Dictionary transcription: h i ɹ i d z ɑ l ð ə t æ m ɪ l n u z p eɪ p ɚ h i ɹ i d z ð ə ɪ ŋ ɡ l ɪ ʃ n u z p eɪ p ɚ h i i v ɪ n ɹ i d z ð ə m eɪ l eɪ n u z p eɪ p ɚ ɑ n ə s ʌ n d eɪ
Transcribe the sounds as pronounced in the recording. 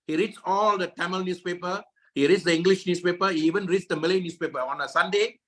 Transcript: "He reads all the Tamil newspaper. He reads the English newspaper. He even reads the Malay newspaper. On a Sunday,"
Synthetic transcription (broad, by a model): h i ɹ i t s ɑ l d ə t æ m ɪ l n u s p eɪ p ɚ h i ɹ i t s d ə ɪ ŋ ɡ l ɪ ʃ n u s p eɪ p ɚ h i i v ɪ n ɹ i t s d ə m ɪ l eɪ n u s p eɪ p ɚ ɑ n ə s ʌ n d eɪ